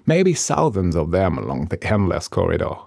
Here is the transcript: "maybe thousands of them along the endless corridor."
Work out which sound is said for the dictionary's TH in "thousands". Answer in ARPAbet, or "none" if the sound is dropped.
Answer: S